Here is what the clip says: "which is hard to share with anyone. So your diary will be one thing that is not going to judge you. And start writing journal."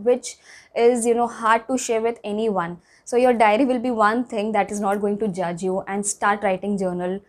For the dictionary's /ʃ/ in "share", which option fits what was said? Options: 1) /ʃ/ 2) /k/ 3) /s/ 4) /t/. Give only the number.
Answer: 1